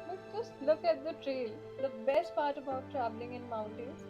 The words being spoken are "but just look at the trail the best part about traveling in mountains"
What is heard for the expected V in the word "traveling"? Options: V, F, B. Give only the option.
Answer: B